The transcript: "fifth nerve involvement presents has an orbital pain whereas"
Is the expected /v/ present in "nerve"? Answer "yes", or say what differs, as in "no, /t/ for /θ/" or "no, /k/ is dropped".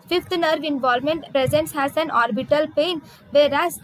yes